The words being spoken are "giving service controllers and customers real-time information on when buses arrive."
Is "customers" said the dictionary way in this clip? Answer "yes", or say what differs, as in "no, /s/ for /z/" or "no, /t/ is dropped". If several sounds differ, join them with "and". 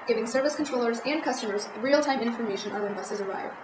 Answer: yes